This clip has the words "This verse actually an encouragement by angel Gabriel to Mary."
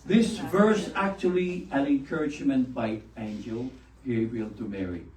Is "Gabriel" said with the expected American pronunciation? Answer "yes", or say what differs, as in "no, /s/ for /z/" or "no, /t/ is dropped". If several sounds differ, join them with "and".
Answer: no, /ɹ/ is dropped